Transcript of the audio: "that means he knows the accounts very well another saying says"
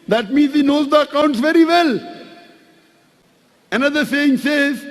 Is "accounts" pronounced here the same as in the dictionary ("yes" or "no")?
yes